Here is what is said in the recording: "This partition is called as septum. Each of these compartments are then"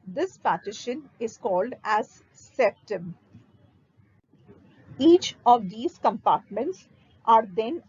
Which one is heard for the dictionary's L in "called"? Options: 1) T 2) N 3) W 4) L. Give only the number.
4